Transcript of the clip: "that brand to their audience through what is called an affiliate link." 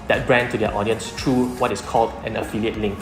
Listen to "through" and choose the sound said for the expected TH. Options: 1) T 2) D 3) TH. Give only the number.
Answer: 1